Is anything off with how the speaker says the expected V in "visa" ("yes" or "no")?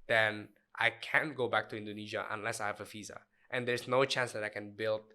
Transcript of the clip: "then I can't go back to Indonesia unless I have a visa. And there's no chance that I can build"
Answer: yes